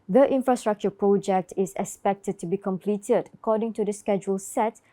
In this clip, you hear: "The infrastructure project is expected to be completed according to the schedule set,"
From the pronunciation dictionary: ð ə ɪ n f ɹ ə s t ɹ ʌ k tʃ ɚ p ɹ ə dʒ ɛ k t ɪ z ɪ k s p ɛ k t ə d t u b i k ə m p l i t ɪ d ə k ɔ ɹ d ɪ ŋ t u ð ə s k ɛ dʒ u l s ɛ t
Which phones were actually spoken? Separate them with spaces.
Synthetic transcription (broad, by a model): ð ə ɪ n f ɹ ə s t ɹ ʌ k tʃ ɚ p ɹ ə dʒ ɛ k t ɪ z ɪ k s p ɛ k t ə d t u b i k ə m p l i t ɪ d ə k ɔ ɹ d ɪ ŋ t u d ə s k ɛ dʒ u l s ɛ t